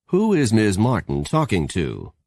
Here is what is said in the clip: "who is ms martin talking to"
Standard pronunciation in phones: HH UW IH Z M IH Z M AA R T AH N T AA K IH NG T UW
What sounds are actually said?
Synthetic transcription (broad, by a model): HH UW IH Z M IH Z M AA R T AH N T AA K IH NG T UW